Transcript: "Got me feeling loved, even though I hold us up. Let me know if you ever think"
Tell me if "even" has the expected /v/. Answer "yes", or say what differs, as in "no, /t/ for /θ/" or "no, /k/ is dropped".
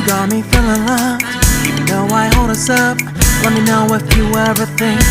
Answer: no, /v/ is dropped